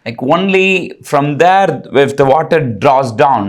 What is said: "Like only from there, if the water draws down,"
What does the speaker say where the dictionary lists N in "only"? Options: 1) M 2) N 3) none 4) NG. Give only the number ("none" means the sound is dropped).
2